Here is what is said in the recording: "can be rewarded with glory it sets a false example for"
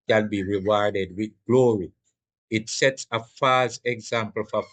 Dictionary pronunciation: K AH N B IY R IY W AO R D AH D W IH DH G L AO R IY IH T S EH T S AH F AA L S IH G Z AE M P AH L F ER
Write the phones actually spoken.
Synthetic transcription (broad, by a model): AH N B IY R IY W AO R D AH D W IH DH G L AO R IY IH T S EH T S AH F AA S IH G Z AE M P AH L F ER